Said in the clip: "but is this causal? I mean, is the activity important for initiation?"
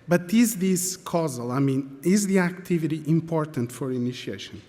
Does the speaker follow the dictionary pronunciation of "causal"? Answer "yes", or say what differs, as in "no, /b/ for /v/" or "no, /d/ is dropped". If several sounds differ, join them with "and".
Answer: yes